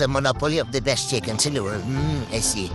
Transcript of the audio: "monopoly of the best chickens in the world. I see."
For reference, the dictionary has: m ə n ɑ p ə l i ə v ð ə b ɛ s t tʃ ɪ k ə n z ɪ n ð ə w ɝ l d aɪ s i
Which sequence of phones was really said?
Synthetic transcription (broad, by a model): m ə n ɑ p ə l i ə v ð ə b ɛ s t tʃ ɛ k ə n s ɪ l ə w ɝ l aɪ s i